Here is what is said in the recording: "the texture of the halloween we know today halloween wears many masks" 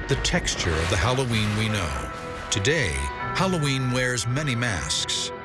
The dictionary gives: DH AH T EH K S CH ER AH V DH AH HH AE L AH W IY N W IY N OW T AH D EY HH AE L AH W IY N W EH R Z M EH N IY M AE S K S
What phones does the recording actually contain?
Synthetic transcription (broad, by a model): DH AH T EH K S CH ER AH V DH AH HH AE L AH W IY N W IY N OW T AH D EY HH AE L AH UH IY N W EH R Z M EH N IY M AE S K S